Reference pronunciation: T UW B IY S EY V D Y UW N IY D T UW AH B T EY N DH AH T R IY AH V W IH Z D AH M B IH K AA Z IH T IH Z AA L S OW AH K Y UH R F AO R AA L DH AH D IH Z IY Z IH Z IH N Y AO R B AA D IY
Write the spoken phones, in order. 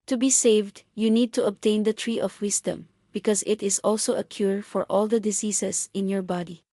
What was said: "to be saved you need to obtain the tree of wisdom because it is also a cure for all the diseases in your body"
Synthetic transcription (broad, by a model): T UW B IY S EY V D Y UW N IY D T UW AH B T EY N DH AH T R IY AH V W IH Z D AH M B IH K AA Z IH T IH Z AA L S OW AH K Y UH R F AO R AA L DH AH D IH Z IY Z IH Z IH N Y AO R B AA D IY